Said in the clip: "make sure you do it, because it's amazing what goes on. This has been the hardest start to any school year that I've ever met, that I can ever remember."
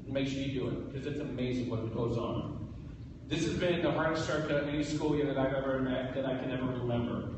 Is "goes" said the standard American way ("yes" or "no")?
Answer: yes